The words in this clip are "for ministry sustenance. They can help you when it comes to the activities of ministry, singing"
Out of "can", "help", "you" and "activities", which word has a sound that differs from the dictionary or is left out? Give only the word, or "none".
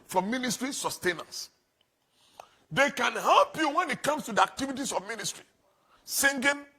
activities